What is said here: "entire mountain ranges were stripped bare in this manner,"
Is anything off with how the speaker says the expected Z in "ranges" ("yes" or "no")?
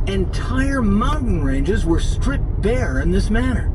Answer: no